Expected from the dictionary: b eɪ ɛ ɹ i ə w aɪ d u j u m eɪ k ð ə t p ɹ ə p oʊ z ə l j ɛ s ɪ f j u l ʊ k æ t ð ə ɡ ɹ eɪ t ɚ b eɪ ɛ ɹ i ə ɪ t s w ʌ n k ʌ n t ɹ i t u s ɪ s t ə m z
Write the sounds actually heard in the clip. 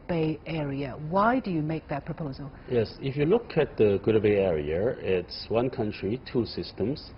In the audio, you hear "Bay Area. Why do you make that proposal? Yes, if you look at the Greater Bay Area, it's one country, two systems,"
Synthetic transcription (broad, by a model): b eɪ ɛ ɹ i ə w aɪ d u j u m eɪ k ð ə t p ɹ ə p oʊ z ə l j ɛ s ɪ f j u l ʊ k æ t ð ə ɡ ʊ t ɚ b eɪ ɛ ɹ i ə ɪ t s w ʌ n k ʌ n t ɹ i t u s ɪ s t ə m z